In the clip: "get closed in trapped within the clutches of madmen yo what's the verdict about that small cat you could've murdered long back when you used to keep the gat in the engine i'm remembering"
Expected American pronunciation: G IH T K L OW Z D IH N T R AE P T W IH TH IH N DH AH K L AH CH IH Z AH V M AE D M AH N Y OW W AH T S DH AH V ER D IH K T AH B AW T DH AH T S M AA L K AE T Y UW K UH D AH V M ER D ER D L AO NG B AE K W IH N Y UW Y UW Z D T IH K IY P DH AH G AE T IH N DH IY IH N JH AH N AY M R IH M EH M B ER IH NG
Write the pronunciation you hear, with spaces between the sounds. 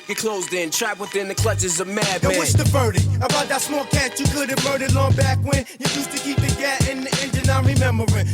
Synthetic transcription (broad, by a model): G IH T K L OW Z D IH N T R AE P W IH TH IH N DH AH K L AH CH IH Z AH V M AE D AH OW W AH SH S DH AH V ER D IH AH B AW T DH AH T S M AA L K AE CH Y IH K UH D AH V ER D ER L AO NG B AE K W IH N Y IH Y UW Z T IH K IY P DH AH G AE T IH N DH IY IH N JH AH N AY R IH M EH M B ER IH